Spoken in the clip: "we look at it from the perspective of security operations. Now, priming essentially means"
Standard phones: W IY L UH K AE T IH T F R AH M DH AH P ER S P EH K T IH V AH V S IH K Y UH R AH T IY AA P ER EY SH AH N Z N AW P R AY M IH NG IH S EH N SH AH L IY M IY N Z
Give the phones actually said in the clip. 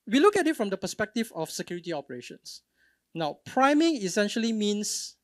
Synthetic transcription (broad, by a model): W IY L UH K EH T IH T F R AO M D AH P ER S P EH K T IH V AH F S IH K Y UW R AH T IY AA P ER EY SH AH N S N AW P R AY M IH NG IH S EH N SH AH L IY M IY N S